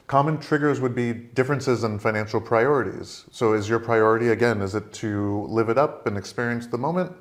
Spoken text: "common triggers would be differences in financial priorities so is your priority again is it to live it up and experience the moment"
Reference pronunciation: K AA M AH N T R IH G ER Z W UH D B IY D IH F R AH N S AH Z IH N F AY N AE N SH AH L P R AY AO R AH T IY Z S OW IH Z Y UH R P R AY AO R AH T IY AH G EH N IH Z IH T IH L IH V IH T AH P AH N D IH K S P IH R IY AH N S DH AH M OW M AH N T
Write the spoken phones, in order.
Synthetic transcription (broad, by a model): K AA M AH N T R IH G ER Z W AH D B IY D IH F R AH N S AH Z IH N F AY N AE N SH L P R AY AO R AH T IY Z S OW IH Z Y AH R P R AY AO R AH T IY AH G EH N IH Z IH T IH L IH V IH T AH P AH N IH K S P IH R IY AH N S DH AH M OW M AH N T